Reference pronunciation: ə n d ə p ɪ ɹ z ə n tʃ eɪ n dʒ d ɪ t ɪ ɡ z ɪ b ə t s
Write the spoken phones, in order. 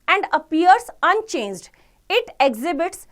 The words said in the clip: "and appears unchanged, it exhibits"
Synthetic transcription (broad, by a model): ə n d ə p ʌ ɹ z ə n tʃ eɪ n dʒ d ɪ t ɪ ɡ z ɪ b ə t s